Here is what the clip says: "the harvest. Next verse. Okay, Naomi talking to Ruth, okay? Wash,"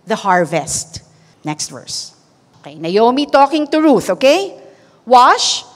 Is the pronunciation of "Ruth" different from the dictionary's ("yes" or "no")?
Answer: no